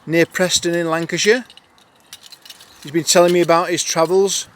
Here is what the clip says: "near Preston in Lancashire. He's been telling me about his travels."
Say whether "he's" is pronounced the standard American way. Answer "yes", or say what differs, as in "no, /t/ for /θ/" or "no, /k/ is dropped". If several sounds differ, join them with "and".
yes